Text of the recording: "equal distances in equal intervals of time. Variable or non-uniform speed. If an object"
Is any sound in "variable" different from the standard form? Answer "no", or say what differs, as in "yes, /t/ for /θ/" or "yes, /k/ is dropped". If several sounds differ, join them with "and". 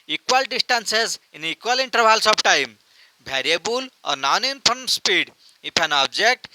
yes, /b/ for /v/